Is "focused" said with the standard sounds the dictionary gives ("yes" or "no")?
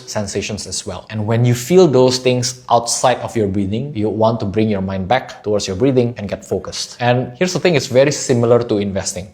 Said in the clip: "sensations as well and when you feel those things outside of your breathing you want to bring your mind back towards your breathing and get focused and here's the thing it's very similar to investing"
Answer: yes